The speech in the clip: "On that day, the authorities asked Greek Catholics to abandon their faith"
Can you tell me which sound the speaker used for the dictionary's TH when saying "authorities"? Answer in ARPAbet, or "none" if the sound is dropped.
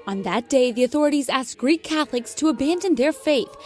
TH